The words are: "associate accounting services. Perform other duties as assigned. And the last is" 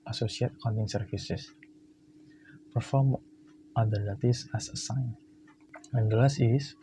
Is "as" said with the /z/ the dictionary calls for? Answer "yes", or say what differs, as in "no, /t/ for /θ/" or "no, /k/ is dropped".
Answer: no, /s/ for /z/